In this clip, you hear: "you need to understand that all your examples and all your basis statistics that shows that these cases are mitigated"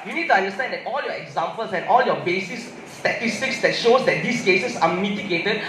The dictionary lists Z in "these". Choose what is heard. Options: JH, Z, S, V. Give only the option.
S